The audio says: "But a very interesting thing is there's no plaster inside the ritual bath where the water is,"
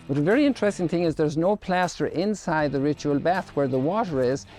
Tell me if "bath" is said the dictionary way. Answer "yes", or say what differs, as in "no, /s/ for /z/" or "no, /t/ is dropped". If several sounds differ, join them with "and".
yes